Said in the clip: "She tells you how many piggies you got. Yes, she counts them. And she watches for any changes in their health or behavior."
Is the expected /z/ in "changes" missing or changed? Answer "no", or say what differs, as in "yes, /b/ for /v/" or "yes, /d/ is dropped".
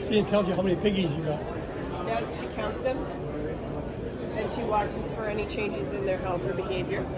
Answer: no